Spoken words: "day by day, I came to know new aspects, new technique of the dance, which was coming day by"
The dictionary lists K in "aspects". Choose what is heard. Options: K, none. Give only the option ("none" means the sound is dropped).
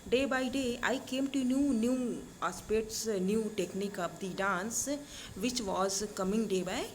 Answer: none